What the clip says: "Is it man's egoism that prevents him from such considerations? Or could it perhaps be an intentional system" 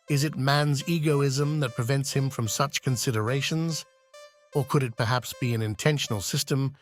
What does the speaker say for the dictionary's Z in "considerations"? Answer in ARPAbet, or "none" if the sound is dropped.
Z